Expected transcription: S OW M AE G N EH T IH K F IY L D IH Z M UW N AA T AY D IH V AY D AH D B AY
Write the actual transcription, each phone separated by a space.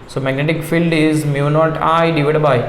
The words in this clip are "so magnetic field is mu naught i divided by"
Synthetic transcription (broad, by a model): S OW M AE G N EH T IH K F IY L D IH Z M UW N AA T AY D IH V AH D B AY